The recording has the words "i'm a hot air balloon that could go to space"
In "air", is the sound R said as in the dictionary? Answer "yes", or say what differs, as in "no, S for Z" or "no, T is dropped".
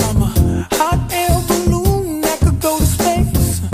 no, L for R